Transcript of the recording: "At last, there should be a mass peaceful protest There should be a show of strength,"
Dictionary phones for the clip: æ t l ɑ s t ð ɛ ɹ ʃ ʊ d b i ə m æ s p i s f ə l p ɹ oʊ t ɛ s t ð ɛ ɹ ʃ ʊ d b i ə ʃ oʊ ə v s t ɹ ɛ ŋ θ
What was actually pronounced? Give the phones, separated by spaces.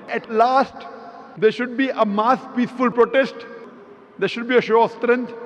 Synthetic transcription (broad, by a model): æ t l ɑ s t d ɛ ɹ ʃ ʊ d b i ə m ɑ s p i s f ə l p ɹ oʊ t ɛ s t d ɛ ɹ ʃ ʊ d b i ə ʃ oʊ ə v s t ɹ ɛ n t